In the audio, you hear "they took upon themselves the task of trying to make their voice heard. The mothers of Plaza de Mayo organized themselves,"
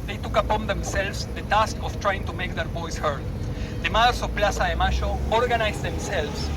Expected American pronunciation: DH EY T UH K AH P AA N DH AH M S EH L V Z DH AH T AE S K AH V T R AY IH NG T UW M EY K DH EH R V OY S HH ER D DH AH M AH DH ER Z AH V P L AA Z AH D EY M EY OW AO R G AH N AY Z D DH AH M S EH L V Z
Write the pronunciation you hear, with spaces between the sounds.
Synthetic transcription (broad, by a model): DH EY T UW K AH P AA N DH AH M S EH L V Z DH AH T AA S K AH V T R AY IH NG T UW M EY K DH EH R B OY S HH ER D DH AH M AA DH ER S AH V P L AA S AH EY M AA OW AO R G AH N AY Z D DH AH M S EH L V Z